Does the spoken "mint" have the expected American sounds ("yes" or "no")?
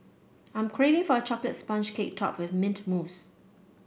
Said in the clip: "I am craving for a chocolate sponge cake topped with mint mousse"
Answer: yes